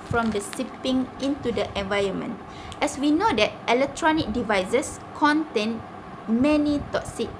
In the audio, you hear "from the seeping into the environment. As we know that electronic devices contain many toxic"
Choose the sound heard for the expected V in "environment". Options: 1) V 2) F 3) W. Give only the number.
1